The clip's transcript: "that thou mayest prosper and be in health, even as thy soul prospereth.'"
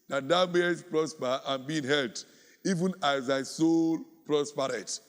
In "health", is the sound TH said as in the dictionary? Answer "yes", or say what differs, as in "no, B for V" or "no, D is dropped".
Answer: no, T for TH